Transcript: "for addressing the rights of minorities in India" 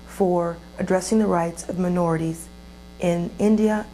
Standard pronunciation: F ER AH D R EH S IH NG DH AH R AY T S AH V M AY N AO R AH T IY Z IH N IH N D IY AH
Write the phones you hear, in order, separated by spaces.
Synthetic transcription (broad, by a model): F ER AH D R EH S IH NG DH AH R AY T S AH V M AY N AO R AH T IY Z IH N IH N D IY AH